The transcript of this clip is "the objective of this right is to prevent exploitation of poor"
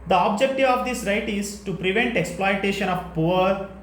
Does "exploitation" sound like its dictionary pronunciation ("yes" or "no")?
yes